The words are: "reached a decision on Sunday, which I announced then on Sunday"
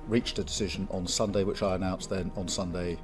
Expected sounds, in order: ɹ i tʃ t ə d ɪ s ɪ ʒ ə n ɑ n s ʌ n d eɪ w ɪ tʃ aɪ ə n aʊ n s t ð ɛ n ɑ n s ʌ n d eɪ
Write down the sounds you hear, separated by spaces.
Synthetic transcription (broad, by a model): ɹ i tʃ ə d ɪ s ɪ ʒ ə n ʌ n s ʌ n d eɪ w ɪ tʃ aɪ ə n aʊ n s ð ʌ n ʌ n s ʌ n d eɪ